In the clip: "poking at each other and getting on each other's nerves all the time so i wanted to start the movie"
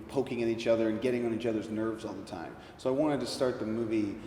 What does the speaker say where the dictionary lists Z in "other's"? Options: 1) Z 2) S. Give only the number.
1